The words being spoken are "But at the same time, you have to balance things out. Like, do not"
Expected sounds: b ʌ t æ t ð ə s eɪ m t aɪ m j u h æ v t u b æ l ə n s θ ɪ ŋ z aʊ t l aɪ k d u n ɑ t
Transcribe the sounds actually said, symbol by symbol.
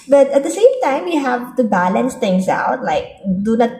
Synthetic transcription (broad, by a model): b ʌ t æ t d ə s eɪ m t aɪ m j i h æ v t u b æ l ə n s t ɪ ŋ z aʊ t l aɪ k d u n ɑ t